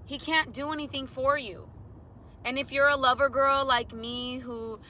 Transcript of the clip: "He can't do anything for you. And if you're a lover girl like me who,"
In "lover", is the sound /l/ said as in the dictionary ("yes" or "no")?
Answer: yes